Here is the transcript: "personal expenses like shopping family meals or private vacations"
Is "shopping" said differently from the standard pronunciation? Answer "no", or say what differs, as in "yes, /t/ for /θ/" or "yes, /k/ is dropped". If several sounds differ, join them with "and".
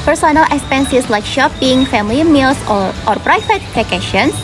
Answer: no